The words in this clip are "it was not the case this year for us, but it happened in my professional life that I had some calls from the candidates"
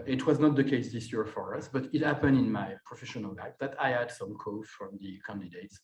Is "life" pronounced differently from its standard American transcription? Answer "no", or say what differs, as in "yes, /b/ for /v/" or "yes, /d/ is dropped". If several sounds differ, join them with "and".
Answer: yes, /p/ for /f/